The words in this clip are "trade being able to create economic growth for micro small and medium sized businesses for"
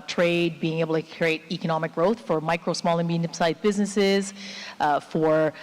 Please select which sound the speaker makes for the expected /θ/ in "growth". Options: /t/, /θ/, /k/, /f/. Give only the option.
/θ/